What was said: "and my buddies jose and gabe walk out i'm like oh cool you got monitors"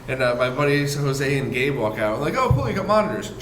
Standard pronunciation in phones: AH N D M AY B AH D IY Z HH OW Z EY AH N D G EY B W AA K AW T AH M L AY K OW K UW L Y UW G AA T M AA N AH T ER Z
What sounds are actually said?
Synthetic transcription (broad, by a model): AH N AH M AY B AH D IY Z HH OW Z EY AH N G EY B W AA K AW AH L AY K OW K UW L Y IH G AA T M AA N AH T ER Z